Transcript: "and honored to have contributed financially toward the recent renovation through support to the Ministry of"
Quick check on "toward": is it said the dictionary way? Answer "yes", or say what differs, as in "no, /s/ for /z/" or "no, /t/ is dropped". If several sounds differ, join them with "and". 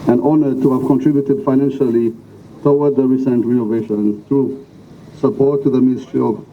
no, /w/ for /ɹ/